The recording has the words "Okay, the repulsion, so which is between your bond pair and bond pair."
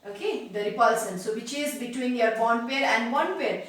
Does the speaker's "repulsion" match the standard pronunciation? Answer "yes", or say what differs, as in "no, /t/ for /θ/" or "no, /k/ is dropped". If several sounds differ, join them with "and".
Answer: no, /s/ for /ʃ/